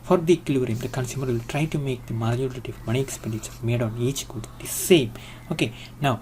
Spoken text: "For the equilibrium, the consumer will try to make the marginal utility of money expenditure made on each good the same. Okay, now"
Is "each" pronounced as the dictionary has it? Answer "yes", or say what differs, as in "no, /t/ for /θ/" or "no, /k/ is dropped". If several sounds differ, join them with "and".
yes